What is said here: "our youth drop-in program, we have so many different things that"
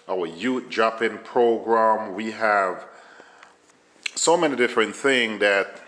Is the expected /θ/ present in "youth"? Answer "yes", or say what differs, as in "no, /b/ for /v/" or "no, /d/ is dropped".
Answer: no, /t/ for /θ/